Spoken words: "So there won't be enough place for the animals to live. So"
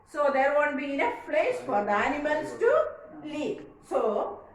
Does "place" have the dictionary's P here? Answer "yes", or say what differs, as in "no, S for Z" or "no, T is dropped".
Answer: no, F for P